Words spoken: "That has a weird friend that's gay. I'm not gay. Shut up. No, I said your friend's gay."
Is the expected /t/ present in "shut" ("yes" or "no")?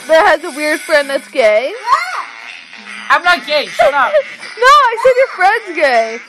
no